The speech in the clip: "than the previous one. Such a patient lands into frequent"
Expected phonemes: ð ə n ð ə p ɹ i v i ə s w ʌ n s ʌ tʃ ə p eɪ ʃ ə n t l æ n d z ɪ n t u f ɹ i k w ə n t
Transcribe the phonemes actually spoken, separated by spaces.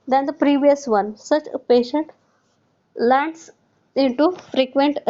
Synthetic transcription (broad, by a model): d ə n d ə p ɹ i v i ə s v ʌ n s ʌ tʃ ə p eɪ ʃ ə n t l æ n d s ɪ n t u f ɹ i k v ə n t